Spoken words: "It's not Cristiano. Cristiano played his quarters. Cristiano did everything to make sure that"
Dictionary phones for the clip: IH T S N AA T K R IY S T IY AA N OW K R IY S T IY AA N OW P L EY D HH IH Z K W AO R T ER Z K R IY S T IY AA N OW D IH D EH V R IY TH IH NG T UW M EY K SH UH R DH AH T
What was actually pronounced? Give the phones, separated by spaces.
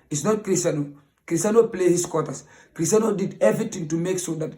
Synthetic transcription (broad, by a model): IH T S N AA T K R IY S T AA N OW K R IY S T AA N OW P L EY HH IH S K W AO T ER S K R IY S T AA N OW D IH D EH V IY T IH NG T UW M EY K S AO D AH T